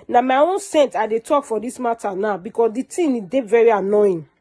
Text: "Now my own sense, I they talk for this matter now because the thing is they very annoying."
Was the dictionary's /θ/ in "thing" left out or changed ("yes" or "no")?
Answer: yes